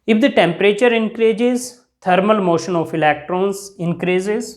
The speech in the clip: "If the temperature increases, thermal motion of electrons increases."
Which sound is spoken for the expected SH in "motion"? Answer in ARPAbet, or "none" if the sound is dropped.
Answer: SH